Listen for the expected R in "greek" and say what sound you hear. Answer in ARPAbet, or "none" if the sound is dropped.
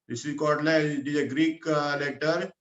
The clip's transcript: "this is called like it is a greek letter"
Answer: R